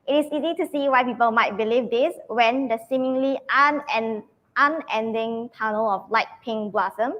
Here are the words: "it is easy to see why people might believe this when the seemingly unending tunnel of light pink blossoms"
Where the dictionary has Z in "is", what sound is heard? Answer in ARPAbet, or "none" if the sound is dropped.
S